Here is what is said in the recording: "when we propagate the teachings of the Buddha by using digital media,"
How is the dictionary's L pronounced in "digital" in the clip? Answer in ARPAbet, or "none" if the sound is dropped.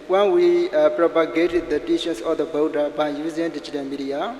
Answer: N